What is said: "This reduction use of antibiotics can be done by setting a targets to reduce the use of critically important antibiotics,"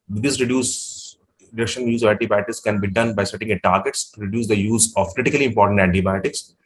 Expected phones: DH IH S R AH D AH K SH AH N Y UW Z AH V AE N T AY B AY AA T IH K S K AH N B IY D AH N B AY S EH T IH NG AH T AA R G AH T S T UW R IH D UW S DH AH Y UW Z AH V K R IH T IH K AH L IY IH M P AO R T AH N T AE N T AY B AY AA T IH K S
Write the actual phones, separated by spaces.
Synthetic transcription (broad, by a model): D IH S R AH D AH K SH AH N Y UW Z AH V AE N T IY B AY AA T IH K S K AH N B IY D AH N B AY S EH T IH NG AH T AA R G AH T S T UW R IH D UW S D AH Y UW Z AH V K R IH T IH K AH L IY IH M P AO R T AH N T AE N T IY B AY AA T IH K S